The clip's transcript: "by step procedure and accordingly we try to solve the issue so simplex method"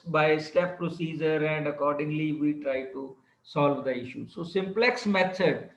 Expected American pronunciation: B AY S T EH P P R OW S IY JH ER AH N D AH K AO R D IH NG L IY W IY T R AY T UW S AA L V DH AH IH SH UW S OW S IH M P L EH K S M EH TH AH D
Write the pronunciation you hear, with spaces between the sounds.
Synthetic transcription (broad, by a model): B AY S T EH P P R OW S IY JH ER AH N D AH K AO R D IH NG L IY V IY T R AY T UW S AA L V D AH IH SH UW S OW S IH M P L EH K S M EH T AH D